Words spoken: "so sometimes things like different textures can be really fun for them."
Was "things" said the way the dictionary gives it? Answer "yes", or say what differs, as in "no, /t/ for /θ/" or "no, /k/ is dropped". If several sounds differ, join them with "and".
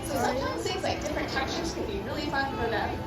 no, /s/ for /θ/ and /ŋ/ is dropped